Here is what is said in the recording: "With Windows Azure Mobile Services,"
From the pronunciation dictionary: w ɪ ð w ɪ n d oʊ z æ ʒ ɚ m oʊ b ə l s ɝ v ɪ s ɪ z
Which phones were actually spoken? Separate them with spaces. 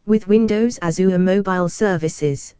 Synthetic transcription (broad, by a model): w ɪ ð w ɪ n d oʊ z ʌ z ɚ m oʊ b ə l s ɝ v ɪ s ɪ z